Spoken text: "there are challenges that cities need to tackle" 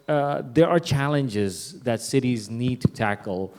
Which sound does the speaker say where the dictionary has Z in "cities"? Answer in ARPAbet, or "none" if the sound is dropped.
Z